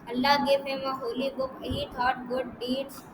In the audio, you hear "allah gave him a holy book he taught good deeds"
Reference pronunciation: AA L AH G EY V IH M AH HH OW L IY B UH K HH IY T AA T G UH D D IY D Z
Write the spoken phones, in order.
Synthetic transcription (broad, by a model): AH L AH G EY P IH M AH HH OW L IY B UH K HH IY T AA T G UH D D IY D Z